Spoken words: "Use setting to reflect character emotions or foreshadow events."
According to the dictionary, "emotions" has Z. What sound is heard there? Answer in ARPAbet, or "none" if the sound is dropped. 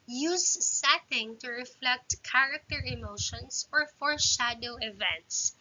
S